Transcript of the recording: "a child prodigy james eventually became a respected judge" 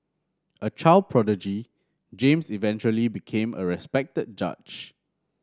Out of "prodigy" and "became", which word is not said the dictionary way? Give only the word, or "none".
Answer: none